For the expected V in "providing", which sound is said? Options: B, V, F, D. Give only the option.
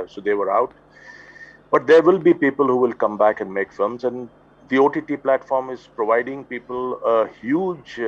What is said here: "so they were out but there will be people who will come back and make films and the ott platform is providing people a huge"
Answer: V